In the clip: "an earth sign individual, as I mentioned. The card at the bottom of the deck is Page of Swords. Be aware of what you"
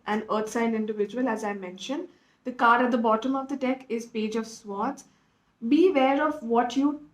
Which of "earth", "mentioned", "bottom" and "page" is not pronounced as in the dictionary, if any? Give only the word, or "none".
earth